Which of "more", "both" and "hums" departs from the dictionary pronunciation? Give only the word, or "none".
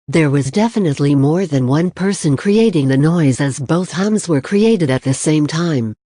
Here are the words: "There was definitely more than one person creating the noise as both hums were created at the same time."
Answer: none